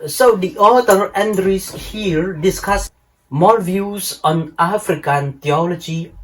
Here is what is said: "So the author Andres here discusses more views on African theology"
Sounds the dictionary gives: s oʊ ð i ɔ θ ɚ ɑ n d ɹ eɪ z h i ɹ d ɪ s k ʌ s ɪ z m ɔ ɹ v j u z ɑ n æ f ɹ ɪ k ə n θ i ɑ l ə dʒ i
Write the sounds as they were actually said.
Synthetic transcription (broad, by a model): s oʊ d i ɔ t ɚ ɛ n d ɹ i s h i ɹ d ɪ s k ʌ s m ɔ l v j u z ɑ n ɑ f ɹ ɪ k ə n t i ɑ l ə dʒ i